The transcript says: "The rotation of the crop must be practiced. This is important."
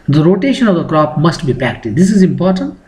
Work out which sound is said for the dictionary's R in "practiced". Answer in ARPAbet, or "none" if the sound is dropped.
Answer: none